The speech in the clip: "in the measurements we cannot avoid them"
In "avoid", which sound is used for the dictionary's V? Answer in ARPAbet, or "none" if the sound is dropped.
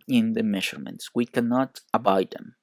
B